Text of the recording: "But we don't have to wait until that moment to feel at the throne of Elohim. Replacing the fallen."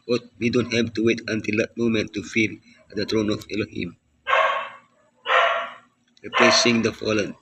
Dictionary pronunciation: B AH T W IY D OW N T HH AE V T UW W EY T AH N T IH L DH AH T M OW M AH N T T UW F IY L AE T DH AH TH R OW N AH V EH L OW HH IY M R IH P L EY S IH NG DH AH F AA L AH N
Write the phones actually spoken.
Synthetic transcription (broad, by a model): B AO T W IY D OW N T HH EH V T UW W EY T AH N T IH L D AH T M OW M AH N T T UW F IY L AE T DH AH T R OW N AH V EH L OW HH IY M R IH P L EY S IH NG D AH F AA L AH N